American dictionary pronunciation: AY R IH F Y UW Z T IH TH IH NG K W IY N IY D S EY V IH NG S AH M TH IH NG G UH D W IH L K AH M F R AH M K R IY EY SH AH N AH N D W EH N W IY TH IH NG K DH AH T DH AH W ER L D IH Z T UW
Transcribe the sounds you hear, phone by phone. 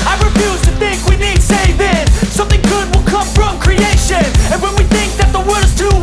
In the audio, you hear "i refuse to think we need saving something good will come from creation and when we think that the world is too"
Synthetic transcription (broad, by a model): AY R IH F Y UW Z T IH TH IH NG K W IY N IY D S EY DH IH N S AH M TH IH NG G UH D W IH L K AH M F R AH M K R IY EY SH AH N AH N W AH N W IY TH IH NG K DH AH T DH AH W ER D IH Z T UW